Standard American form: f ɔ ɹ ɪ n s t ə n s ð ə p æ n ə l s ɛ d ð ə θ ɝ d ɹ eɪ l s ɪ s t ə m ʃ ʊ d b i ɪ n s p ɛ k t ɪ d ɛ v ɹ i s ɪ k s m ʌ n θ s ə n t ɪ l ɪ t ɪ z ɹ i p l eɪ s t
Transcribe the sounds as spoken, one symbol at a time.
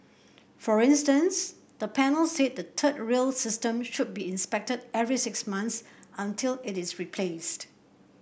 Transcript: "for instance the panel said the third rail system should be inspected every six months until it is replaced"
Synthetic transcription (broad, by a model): f ɔ ɹ ɪ n s t ə n s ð ə p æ n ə l s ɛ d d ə t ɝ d ɹ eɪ l s ɪ s t ə m ʃ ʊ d b i ɪ n s p ɛ k t ɪ d ɛ v ɹ i s ɪ k s m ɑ n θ s ə n t ɪ l ɪ t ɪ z ɹ i p l eɪ s t